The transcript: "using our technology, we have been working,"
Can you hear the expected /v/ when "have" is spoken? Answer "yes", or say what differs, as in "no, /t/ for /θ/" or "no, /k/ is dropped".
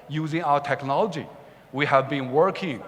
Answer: yes